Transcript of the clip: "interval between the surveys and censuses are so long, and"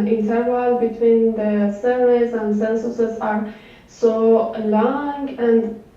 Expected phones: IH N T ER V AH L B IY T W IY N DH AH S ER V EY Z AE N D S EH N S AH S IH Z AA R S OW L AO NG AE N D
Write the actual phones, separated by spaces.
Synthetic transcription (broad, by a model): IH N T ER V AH L B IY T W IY N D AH S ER EY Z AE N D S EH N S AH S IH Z AA R S OW L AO NG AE N D